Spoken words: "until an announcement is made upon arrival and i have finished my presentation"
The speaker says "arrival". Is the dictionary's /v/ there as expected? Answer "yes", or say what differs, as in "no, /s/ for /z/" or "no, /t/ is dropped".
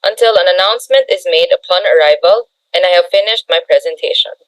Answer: yes